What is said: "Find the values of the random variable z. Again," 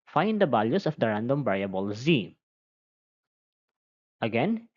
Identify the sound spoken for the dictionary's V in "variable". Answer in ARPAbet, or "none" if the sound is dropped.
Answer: B